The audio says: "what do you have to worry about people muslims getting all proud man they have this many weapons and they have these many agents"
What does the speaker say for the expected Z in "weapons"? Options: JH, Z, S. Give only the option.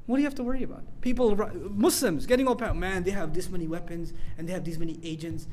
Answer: Z